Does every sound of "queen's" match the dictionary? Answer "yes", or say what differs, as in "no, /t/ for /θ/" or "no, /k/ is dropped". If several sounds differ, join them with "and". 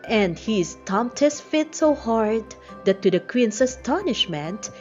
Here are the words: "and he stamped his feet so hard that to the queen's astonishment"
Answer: no, /s/ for /z/